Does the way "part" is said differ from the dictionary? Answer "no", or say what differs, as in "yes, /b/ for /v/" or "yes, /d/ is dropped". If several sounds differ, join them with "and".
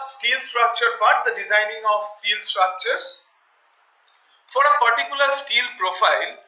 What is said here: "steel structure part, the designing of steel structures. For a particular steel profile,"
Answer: yes, /b/ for /p/